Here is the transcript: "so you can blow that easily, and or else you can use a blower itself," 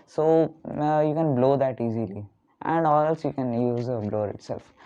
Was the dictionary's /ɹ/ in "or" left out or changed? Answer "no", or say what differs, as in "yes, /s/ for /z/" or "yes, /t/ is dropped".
yes, /l/ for /ɹ/